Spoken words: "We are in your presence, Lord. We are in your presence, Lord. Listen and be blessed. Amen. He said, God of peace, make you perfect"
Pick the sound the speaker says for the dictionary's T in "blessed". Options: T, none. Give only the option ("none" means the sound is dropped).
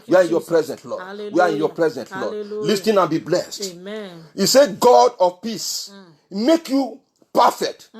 T